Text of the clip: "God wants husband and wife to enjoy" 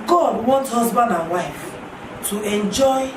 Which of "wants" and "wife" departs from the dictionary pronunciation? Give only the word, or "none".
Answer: wants